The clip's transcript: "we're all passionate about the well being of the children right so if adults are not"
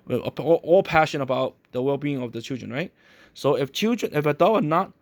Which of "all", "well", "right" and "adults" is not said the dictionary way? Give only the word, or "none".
adults